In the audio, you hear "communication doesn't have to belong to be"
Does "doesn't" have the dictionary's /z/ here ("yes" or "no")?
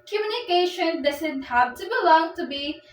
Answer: no